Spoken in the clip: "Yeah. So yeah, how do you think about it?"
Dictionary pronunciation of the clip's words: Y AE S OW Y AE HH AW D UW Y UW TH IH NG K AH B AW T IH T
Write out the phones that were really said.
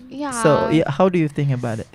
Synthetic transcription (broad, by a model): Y S OW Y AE HH AW D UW Y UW TH IH NG K AH B AW T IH T